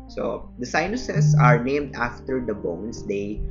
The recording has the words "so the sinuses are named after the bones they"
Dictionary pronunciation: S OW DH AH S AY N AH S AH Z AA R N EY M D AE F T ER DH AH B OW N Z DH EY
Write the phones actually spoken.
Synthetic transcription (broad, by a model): S OW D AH S AY N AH S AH S AA R N EY M D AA F T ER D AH B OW N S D EY